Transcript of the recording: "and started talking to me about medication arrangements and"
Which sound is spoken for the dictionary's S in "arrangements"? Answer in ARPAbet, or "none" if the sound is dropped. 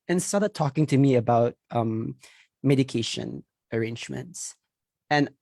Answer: S